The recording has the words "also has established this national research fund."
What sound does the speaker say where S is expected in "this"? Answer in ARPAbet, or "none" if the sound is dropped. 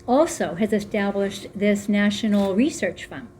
S